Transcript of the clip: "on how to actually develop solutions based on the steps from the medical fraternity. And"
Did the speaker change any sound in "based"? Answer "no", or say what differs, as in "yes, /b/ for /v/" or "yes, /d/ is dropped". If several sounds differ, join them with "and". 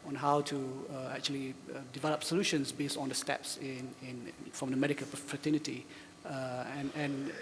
no